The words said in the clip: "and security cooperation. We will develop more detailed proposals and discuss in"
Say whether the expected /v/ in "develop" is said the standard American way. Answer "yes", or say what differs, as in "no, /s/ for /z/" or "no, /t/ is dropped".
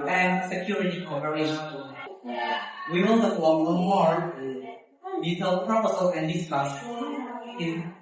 no, /f/ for /v/